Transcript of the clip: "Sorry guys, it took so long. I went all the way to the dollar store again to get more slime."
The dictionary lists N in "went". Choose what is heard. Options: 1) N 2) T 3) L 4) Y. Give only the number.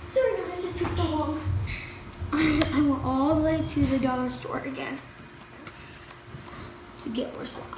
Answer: 3